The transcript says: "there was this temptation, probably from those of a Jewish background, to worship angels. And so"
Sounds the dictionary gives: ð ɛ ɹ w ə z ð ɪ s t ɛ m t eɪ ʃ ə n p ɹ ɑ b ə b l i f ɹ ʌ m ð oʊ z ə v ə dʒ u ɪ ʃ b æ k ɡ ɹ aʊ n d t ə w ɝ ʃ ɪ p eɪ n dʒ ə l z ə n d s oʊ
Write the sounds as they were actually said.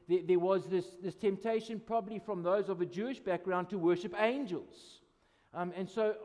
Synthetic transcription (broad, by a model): ð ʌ ɹ w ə z ð ɪ s t ɛ m t eɪ ʃ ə n p ɹ ɑ b ə b l i f ɹ ʌ m ð oʊ z ə v ə dʒ u ɪ ʃ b æ k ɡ ɹ aʊ n t ə w ɝ ʃ ɪ p eɪ n dʒ ə l z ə n s oʊ